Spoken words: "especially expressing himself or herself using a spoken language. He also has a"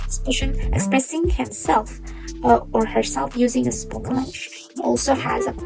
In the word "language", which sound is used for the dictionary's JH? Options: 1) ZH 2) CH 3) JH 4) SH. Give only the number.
4